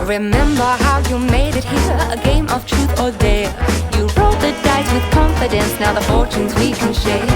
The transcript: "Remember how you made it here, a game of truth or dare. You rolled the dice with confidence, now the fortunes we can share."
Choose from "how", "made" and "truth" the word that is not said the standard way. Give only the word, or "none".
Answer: none